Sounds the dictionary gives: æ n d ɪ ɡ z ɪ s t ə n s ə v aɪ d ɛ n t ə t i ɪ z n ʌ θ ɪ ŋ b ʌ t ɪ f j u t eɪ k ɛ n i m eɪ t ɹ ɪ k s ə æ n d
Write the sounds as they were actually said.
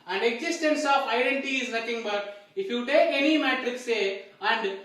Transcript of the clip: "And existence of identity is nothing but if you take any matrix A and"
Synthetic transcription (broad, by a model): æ n d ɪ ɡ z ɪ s t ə n s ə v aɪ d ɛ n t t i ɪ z n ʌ t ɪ ŋ b ʌ t ɪ f j u t eɪ k ɛ n i m eɪ t ɹ ɪ k s ə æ n d